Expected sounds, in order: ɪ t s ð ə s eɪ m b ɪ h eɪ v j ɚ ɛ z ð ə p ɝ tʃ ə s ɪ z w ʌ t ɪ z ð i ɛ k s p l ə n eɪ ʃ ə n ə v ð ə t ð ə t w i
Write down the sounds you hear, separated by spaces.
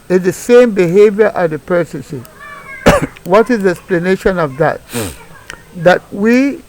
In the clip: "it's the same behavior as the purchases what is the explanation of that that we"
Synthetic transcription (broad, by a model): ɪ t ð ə s eɪ m b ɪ h eɪ v j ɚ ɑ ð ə p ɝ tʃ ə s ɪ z w ʌ t ɪ z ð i ɛ k s p l ə n eɪ ʃ ə n ə v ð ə t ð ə t w i